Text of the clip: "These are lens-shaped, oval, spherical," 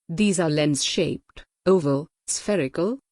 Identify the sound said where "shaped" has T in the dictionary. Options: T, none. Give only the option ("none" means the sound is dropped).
T